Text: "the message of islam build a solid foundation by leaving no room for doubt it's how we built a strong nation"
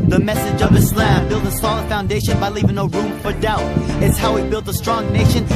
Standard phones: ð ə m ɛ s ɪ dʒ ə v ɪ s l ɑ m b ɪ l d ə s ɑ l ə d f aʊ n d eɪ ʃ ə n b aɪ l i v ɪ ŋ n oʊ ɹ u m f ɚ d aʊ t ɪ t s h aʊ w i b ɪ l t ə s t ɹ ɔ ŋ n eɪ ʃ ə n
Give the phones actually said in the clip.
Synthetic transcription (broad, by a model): ð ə m ɛ s ɪ dʒ ə v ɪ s l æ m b ɪ l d ə s ɑ l ə d f aʊ n d eɪ ʃ ə n b aɪ l i v ɪ ŋ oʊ ɹ u m f ɚ d aʊ t ɪ t s h aʊ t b ɪ l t ə s t ɹ ɔ ŋ n eɪ ʃ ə n